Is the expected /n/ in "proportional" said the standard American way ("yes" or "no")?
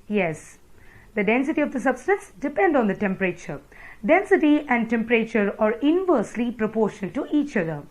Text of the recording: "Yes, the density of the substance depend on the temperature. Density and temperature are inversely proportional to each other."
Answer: no